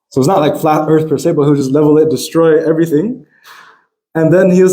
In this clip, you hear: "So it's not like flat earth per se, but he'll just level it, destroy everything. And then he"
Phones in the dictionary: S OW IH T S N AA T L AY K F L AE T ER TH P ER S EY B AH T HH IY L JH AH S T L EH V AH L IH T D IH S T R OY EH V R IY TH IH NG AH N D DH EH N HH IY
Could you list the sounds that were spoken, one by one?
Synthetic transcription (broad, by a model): S OW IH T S N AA T L AY K F L AE T ER TH P ER S EY B AH T HH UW JH AH S T L EH V L IH T D IH S T R OY EH V R IY TH IH NG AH N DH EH N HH IY